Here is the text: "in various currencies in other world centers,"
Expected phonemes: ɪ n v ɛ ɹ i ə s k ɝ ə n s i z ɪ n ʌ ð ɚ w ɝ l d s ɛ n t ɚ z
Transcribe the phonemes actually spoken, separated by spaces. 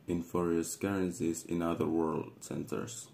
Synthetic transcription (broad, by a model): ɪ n f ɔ ɹ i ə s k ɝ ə n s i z ɪ n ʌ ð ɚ w ɝ l d s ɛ n t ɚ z